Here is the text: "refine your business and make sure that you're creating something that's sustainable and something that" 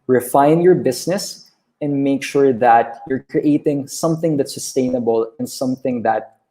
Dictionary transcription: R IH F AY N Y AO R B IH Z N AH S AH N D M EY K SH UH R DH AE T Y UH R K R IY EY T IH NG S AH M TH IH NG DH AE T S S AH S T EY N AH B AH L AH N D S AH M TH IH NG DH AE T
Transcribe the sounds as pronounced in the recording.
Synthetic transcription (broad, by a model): R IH F AY N Y AO R B IH S N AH S AH N D M EY K SH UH R DH AE T Y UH R K R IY EY T IH NG S AH M TH IH NG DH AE T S S AH S T EY N AH B AH L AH N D S AH M TH IH NG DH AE T